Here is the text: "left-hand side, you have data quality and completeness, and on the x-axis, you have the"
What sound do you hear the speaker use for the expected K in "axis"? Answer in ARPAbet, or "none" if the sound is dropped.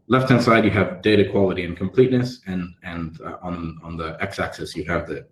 K